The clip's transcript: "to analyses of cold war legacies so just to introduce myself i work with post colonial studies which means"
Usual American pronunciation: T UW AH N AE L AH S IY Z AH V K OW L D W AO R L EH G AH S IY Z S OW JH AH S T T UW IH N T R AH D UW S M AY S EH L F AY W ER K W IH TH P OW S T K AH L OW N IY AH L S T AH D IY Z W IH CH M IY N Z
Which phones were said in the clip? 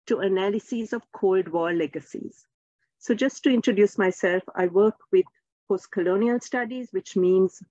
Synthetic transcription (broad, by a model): T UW AH N AE L AH S IY Z AH V K OW L D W AO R L EH G AH S IY Z S OW JH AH S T T UW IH N T R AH D UW S M AY S EH L F AY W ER K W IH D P OW S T K AH L OW N IY AH L S T AH D IY Z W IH CH M IY N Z